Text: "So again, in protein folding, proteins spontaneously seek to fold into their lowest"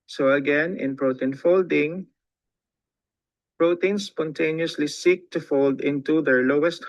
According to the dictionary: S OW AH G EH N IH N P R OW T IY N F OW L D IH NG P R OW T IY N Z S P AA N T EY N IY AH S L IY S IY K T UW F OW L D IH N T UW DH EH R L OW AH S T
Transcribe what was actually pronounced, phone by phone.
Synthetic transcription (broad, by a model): S OW AH G EH N IH N P R OW T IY N F OW L D IH NG P R OW T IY N S P AA N T EY N IY AH S L IY S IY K T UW F OW L D IH N T UW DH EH R L OW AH S T